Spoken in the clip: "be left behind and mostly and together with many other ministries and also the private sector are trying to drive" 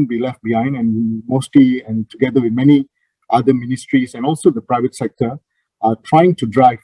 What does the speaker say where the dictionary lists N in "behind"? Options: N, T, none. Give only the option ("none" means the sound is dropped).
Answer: N